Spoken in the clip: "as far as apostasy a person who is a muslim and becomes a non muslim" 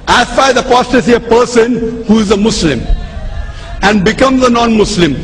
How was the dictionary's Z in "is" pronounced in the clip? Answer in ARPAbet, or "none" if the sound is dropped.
Z